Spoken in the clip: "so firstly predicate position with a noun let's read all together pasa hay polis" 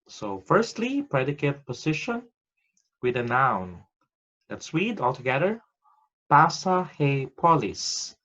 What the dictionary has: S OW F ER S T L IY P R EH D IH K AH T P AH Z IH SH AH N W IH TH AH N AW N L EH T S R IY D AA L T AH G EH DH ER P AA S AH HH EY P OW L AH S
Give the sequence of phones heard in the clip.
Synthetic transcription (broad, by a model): S OW F ER S T L IY P R EH D IH K AH T P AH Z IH SH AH N W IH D AH N AW N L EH T S W IY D AA L T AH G EH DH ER P AA S AH HH EY P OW L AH S